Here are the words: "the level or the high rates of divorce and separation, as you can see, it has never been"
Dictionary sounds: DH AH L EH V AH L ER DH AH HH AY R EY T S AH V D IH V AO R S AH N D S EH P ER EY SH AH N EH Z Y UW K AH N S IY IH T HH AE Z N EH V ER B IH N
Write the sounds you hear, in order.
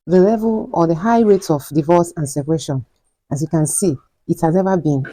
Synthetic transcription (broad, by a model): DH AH L EH V AH L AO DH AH HH AY R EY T AH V D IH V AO S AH N S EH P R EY SH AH N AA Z Y UW K AH N S IY IH T HH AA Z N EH V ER B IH N